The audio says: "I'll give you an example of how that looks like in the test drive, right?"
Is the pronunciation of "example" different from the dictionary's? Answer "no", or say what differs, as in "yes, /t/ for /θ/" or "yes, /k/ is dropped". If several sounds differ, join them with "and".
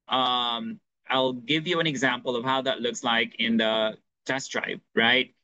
no